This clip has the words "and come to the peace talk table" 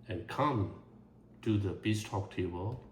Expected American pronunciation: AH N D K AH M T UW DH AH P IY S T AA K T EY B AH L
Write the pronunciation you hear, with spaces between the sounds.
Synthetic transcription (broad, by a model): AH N K AH M T UW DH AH B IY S T AA K T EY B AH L